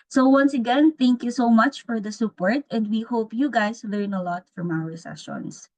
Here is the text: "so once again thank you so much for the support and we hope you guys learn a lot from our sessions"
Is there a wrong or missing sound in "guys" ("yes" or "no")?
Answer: yes